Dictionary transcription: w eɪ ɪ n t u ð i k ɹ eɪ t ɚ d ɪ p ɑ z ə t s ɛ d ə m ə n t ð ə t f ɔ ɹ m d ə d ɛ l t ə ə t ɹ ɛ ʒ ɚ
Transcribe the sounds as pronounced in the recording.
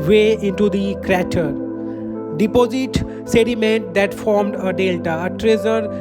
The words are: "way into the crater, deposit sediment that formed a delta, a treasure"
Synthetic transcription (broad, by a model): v eɪ ɪ n t u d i k ɹ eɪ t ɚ d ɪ p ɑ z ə t s ɛ d ə m ə n t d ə t f ɔ ɹ m d ə d ɛ l t ə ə t ɹ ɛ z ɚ